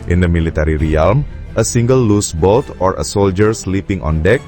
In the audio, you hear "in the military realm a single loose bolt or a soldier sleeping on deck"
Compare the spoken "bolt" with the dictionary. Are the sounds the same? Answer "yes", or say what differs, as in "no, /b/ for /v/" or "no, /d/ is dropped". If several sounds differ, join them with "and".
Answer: yes